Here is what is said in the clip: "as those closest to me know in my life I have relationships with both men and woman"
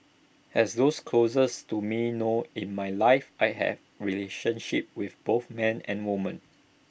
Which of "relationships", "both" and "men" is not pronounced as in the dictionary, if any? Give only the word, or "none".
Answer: relationships